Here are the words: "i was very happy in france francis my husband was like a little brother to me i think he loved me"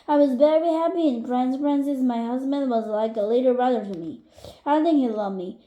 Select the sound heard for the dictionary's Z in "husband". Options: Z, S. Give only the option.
Z